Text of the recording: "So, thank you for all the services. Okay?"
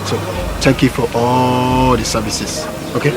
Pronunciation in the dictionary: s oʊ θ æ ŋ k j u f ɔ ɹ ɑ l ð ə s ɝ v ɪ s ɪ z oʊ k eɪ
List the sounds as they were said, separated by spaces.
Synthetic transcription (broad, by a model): s oʊ t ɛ ŋ k j u f ɔ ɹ ɑ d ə s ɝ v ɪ s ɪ s oʊ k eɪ